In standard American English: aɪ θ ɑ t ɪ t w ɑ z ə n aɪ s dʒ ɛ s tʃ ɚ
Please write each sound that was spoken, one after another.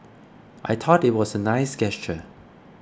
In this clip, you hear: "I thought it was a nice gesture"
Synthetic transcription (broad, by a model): aɪ t ɑ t ɪ t w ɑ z ə n aɪ s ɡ ɛ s tʃ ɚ